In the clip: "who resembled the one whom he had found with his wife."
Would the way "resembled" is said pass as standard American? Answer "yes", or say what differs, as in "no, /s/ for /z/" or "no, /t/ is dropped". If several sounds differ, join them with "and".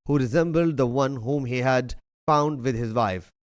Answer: yes